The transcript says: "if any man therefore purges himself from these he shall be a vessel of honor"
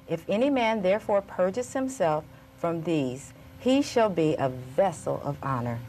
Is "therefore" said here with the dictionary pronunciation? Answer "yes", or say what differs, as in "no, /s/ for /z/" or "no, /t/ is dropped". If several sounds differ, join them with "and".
yes